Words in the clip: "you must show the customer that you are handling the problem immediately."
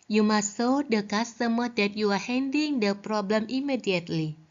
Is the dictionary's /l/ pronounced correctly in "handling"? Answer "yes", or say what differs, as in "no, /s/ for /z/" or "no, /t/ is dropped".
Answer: no, /l/ is dropped